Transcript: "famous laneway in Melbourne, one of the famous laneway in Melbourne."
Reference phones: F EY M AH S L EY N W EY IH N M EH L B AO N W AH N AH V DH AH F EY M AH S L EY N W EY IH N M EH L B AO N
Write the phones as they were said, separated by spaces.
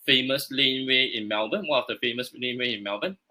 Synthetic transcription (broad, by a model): F EY M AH S L EY N W EY IH N M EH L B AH N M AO AH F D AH F EY M AH S L EY N W EY IH N M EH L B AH N